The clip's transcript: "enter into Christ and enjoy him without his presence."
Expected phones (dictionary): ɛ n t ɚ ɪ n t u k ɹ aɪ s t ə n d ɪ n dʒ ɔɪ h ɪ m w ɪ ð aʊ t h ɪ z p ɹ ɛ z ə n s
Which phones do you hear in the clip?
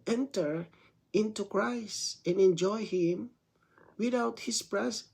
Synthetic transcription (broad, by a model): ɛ n t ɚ ɪ n t u k ɹ aɪ s t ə n ɪ n dʒ ɔɪ h ɪ m w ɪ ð aʊ t h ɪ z p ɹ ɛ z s